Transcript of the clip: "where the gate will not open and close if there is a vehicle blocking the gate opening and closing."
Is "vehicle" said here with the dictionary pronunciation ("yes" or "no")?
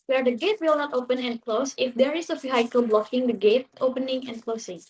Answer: no